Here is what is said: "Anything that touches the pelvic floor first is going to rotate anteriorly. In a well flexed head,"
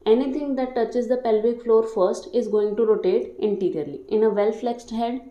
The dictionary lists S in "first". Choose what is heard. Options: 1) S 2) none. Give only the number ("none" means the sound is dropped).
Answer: 1